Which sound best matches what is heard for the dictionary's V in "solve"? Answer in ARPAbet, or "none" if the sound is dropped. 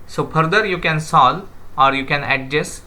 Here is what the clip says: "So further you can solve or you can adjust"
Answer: none